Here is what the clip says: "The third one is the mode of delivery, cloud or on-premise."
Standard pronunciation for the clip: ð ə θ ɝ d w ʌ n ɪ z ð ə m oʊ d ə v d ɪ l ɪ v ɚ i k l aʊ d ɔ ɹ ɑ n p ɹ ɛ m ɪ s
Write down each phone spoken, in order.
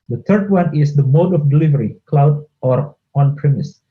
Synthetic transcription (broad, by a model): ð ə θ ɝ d w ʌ n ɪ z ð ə m oʊ d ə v d ɪ l ɪ v ɚ i k l aʊ d ɔ ɹ ɑ n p ɹ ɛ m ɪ s